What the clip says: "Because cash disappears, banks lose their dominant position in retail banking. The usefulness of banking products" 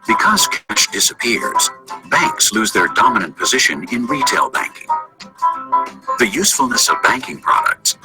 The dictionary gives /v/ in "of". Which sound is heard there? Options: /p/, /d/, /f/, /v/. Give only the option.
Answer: /v/